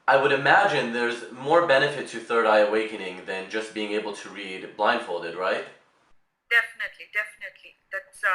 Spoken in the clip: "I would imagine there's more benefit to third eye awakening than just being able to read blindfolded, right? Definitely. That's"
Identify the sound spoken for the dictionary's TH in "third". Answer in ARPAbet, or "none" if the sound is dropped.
TH